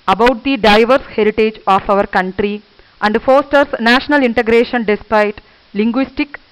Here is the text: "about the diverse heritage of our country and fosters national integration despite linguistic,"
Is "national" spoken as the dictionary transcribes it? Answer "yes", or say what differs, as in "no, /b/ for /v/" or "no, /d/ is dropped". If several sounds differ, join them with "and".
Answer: yes